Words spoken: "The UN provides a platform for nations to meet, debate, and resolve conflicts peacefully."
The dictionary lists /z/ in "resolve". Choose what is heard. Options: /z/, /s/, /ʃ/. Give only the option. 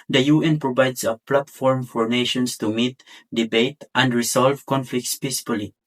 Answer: /s/